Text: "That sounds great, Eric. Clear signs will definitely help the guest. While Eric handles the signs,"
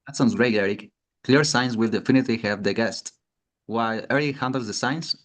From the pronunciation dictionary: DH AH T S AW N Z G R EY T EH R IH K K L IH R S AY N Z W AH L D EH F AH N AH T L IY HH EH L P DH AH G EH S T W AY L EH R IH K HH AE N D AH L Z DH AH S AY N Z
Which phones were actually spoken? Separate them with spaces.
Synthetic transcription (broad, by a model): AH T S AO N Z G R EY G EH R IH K K L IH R S AY N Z W AH L D EH F AH N AH T L IY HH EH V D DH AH G EH S T W AY L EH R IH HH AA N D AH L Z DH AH S AY N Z